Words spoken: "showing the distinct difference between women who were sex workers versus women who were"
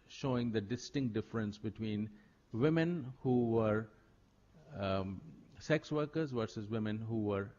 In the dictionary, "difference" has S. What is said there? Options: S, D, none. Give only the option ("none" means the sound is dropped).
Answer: S